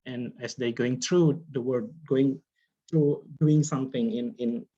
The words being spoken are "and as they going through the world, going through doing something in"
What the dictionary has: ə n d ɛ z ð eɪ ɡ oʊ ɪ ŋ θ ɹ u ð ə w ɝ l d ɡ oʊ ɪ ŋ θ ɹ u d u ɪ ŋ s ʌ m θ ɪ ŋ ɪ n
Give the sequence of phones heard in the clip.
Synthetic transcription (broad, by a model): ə n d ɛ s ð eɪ ɡ oʊ ɪ ŋ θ ɹ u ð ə w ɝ d ɡ oʊ ɪ ŋ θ ɹ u d u ɪ ŋ s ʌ m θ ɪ ŋ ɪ n